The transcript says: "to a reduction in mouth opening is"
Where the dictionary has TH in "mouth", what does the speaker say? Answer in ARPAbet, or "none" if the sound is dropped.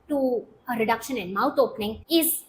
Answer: T